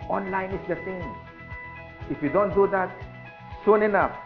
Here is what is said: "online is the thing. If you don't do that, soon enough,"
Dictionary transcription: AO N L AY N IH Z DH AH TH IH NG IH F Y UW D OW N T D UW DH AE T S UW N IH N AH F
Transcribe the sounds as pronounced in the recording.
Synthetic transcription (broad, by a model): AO N L AY N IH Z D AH S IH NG IH F Y UW D OW N T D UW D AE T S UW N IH N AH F